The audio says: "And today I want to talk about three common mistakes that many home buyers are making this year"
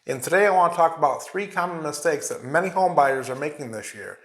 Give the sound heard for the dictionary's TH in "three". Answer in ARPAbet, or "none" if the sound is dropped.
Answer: TH